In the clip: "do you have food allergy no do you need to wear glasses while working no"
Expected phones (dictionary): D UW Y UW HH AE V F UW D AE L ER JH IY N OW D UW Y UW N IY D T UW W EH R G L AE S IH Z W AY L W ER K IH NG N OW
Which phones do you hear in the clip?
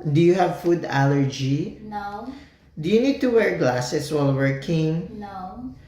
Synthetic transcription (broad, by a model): D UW Y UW HH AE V F UW D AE L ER JH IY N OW D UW Y UW N IY D T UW W EH R G L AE S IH S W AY L W ER K IH NG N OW